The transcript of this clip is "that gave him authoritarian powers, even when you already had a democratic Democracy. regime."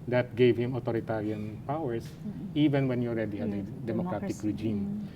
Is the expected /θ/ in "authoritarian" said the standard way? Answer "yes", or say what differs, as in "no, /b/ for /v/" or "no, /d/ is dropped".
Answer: no, /t/ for /θ/